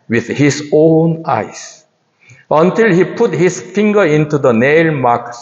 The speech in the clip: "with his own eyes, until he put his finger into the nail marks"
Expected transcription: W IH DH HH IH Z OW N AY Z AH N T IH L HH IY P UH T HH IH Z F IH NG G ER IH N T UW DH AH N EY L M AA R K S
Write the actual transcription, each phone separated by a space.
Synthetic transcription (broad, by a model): W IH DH HH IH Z OW N AY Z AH N T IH L HH IY P UH T HH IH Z F IH NG G ER IH N T UW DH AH N EY L M AA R K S